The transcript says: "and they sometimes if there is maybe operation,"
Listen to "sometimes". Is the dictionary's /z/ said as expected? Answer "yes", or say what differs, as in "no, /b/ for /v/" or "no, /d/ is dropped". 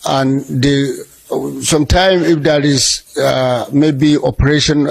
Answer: no, /z/ is dropped